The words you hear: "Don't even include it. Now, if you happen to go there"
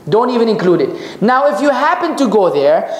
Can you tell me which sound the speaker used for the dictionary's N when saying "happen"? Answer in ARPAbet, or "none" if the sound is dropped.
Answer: N